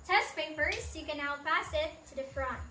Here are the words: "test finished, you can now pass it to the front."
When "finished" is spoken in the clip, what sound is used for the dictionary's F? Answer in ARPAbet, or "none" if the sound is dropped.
P